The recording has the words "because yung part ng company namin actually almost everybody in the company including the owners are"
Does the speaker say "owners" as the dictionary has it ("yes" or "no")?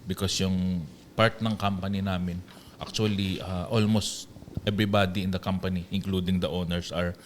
no